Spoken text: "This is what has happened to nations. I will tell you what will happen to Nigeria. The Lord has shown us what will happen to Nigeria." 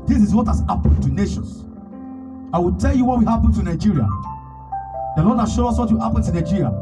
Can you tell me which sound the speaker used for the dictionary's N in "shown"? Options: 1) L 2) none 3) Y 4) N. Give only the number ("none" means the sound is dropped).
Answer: 2